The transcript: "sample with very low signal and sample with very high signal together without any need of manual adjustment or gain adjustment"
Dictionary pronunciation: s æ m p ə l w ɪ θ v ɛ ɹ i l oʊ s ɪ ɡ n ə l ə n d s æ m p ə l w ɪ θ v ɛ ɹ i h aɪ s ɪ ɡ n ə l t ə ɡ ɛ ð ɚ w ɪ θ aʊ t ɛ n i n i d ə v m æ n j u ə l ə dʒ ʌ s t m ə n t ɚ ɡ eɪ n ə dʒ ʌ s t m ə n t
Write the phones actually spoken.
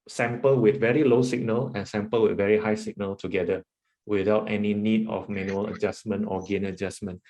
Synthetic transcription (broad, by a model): s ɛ m p ə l w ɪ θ v ɛ ɹ i l oʊ s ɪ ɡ n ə l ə n s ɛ m p ə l w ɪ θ v ɛ ɹ i h aɪ s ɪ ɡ n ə l t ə ɡ ɛ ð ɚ w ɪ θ aʊ t ɛ n i n i d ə f m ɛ n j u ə l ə dʒ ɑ s m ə n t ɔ ɡ eɪ n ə dʒ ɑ s m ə n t